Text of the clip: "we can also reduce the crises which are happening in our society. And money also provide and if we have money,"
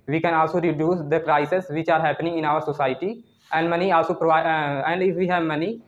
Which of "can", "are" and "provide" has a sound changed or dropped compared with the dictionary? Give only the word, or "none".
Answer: provide